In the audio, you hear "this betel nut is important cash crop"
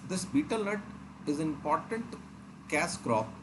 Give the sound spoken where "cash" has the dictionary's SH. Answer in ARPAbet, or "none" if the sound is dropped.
S